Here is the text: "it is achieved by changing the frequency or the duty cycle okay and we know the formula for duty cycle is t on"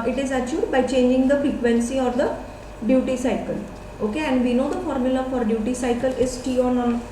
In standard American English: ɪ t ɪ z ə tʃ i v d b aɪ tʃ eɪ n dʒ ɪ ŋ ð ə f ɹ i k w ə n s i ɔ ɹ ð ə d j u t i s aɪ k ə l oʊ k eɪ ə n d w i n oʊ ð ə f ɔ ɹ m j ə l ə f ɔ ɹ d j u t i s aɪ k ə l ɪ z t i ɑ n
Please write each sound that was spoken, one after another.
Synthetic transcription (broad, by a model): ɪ t ɪ z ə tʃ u d b aɪ tʃ eɪ n dʒ ɪ ŋ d ə f ɹ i k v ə n s i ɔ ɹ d ə d j u t i s aɪ k ə l oʊ k eɪ ə n d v i n oʊ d ə f ɔ ɹ m j ə l ə f ɔ ɹ d j u t i s aɪ k ə l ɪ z t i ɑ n